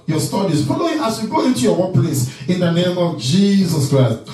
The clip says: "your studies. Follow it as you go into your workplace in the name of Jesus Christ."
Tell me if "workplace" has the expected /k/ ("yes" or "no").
no